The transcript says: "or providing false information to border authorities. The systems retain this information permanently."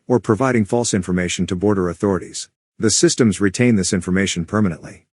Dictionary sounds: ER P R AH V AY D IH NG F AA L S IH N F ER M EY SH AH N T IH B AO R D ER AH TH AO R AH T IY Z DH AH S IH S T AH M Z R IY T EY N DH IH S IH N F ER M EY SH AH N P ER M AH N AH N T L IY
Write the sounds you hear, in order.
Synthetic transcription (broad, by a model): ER P R AH V AY D IH NG F AA L S IH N F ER M EY SH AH N T IH B AO R D ER AH TH AO R AH T IY Z DH AH S IH S T AH M Z R IY T EY N DH IH S IH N F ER M EY SH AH N P ER M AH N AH N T L IY